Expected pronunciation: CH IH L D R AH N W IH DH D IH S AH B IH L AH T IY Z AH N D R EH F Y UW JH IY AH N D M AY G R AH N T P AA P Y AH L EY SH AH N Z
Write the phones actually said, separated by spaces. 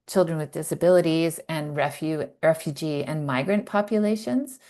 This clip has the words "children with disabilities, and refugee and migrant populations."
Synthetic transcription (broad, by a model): CH IH L D R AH N W IH DH D IH S AH B IH L AH T IY Z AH N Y R EH F Y UW JH IY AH N M AY G R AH N P AA P Y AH L EY SH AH N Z